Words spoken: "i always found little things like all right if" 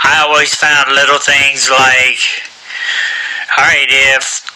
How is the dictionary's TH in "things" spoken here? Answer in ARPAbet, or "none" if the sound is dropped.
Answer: TH